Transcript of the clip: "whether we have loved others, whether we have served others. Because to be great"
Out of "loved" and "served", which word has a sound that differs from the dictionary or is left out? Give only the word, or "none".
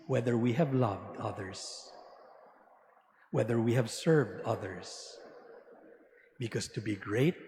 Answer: none